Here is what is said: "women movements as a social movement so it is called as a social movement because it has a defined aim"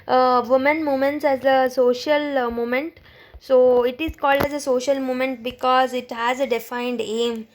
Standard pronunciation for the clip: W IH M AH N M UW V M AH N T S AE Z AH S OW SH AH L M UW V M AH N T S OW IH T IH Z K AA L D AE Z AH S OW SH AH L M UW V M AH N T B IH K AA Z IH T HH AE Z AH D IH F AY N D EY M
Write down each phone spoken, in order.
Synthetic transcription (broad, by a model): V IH M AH N M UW M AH N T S AE Z AH S OW SH AH L M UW M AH N T S OW IH T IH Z K AA L D AE Z AH S OW SH AH L M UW M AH N T B IH K AA Z IH T HH AE Z AH D IH F AY N D EY M